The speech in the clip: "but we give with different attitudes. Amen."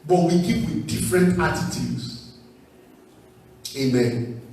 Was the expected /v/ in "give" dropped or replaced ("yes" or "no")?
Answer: yes